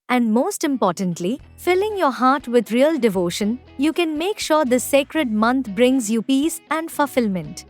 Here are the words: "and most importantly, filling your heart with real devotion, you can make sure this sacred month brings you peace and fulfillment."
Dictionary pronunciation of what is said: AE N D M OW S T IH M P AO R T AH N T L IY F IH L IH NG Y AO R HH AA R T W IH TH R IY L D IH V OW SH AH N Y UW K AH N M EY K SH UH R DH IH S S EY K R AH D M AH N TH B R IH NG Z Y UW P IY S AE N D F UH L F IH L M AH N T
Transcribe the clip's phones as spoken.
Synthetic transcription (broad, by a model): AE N D M OW S T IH M P AO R T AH N T L IY F IH L IH NG Y AO R HH AA R T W IH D R IY L D IH V OW SH AH N Y UW K AH N M EY K SH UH R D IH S S EY K R AH D M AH N T B R IH NG Z Y UW P IY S AE N D F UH L F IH L M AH N T